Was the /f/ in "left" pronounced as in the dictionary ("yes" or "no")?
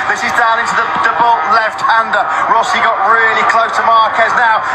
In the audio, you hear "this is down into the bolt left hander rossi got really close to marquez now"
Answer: yes